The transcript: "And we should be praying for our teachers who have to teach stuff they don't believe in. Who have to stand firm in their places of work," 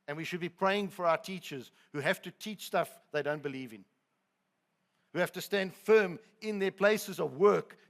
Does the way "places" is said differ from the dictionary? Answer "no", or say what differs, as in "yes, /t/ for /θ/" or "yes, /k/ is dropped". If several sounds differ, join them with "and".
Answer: no